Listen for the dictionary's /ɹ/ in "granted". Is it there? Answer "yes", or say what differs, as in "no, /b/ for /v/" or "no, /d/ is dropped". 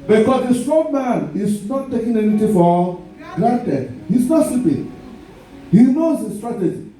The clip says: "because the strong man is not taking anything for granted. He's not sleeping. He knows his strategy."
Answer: no, /l/ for /ɹ/